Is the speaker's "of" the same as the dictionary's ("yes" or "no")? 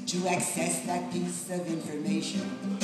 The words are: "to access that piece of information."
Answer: yes